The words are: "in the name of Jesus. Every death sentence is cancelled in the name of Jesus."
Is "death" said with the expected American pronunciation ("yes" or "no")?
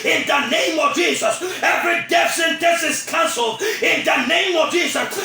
no